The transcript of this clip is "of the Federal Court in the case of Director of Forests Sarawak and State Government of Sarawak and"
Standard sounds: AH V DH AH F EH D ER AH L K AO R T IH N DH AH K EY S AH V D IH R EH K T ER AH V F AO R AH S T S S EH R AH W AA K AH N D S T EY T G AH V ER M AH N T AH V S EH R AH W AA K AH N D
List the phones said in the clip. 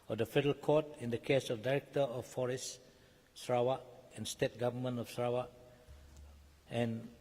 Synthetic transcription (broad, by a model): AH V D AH F EH D ER AH L K AO T IH N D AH K EY S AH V D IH R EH K T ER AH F AO R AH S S S R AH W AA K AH N S T EY T G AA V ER M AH N AH F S R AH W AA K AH N